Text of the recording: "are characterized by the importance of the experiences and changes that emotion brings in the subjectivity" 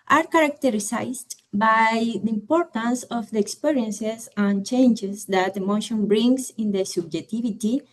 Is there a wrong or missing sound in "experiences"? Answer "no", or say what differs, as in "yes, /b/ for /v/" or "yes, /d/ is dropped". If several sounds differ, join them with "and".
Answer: yes, /s/ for /z/